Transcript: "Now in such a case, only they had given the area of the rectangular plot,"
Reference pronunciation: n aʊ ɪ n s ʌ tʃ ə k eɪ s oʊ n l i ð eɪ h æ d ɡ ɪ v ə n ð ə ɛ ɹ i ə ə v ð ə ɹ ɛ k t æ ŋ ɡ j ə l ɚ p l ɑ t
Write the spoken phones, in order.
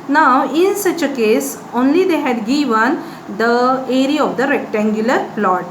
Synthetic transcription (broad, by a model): n aʊ ɪ n s ʌ tʃ ə k eɪ s oʊ n l i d eɪ h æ d ɡ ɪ v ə n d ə ɛ ɹ i ə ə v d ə ɹ ɛ k t æ ŋ ɡ j ə l ɚ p l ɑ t